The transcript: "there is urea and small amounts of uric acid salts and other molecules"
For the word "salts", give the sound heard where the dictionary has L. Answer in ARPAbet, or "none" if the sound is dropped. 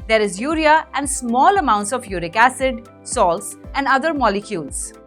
L